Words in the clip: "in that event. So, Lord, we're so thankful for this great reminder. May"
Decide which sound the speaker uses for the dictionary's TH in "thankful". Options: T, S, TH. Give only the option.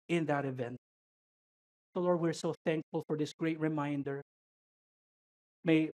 TH